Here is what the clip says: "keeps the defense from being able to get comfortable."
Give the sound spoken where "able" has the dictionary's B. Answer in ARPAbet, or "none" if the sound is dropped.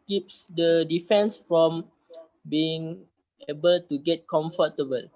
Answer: B